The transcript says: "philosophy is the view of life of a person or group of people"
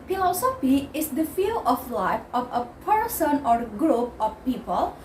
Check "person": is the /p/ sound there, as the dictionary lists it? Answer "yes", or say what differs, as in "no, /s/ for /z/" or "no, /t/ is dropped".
yes